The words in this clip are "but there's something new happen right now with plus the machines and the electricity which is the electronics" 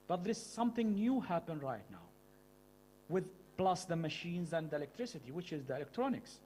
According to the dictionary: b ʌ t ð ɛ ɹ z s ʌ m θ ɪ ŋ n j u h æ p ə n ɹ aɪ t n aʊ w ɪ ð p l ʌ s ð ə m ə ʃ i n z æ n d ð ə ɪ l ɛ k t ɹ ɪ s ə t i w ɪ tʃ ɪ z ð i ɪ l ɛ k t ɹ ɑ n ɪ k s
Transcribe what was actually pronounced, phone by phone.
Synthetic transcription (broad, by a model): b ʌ t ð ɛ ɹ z s ʌ m θ ɪ ŋ n j u h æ p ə n ɹ aɪ t n aʊ w ɪ ð p l ʌ s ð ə m ə ʃ i n z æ n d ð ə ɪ l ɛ k t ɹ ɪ s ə t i w ɪ tʃ ɪ z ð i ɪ l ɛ k t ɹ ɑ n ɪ k s